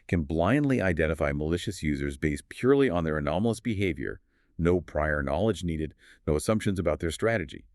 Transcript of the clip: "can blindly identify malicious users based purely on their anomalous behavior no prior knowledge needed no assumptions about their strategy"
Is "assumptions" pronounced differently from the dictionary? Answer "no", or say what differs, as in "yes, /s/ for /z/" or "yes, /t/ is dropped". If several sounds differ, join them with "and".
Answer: no